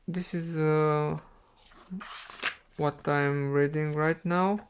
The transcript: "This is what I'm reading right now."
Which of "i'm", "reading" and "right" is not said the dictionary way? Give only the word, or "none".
none